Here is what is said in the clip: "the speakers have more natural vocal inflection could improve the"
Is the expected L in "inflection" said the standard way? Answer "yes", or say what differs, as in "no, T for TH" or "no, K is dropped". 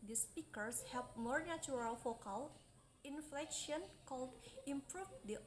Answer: yes